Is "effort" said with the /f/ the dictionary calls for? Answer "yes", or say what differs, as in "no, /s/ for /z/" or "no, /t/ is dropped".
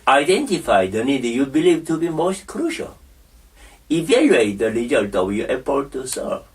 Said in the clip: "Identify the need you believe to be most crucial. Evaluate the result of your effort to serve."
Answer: no, /p/ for /f/